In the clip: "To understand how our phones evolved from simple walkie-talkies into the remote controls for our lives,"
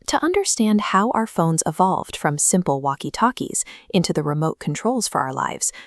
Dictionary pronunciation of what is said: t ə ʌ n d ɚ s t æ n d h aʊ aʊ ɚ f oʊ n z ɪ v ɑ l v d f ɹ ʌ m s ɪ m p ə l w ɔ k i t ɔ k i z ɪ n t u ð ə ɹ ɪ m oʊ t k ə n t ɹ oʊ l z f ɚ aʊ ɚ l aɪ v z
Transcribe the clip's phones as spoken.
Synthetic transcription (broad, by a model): t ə ʌ n d ɚ s t æ n d h aʊ aʊ ɚ f oʊ n z ɪ v ɑ l v d f ɹ ʌ m s ɪ m p l w ɔ k i t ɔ k i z ɪ n t u ð ə ɹ ɪ m oʊ t k n t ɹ oʊ l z f ɚ aʊ ɚ l aɪ v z